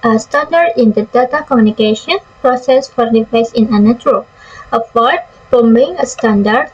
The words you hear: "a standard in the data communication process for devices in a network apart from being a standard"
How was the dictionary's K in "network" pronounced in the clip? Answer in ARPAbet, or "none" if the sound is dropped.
none